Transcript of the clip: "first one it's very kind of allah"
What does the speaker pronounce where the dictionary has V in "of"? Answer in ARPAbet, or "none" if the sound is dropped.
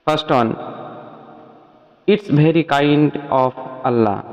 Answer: P